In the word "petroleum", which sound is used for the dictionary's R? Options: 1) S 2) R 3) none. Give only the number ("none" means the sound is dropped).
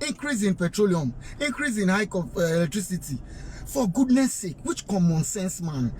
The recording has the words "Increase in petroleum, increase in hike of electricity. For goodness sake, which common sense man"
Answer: 2